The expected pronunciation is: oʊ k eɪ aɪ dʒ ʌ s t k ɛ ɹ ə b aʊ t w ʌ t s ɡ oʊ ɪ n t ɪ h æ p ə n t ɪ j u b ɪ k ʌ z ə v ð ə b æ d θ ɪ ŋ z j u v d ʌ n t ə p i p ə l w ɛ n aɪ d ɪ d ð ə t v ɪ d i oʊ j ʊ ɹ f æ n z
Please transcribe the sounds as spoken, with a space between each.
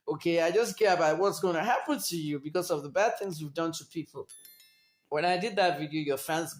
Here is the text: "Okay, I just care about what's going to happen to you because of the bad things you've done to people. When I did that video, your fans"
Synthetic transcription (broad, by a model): oʊ k eɪ aɪ dʒ ʌ s k ɛ ɹ ə b aʊ t w ʌ t s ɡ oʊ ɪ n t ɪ h æ p ə n t ɪ j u b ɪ k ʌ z ə v ð ə b æ d θ ɪ ŋ z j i v d ʌ n t ə p i p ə l w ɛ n aɪ d ɪ d ð ə t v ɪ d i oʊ j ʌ ɹ f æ n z